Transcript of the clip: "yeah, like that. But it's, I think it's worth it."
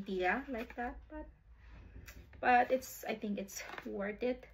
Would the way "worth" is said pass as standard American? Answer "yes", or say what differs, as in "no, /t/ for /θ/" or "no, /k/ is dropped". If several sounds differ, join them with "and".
no, /t/ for /θ/